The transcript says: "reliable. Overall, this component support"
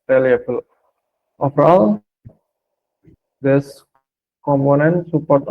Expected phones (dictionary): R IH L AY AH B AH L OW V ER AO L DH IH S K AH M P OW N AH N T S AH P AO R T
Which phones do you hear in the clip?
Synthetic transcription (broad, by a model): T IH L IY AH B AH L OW F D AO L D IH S K AH M P OW N AH N T S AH P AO R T